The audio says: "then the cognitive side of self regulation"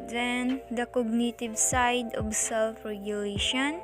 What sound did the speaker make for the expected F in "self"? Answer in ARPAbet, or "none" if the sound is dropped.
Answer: F